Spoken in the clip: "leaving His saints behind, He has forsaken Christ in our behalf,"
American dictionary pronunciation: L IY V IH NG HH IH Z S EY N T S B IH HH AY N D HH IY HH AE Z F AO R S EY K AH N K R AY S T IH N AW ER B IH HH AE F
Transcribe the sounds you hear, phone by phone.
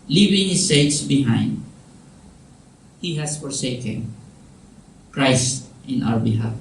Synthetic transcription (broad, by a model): L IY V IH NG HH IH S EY T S B IH HH AY N D HH IY HH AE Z F AO R S EY K AH N K R AY S T IH N AW ER B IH HH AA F